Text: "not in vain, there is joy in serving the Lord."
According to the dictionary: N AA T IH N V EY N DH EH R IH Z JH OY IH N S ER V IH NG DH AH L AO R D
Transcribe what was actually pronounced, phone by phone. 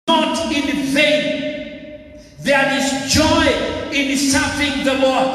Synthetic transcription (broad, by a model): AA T IH N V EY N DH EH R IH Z JH OY IH N S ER F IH NG DH AH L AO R